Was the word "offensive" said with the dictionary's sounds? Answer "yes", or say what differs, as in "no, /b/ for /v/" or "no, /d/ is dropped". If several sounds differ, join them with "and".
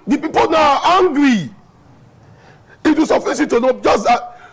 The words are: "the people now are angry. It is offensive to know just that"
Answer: no, /n/ is dropped